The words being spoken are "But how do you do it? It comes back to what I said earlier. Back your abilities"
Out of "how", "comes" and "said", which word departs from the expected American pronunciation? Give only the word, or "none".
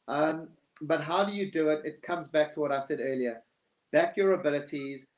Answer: none